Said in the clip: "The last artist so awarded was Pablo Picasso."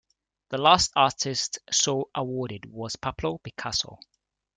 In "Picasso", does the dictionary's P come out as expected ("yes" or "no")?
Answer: no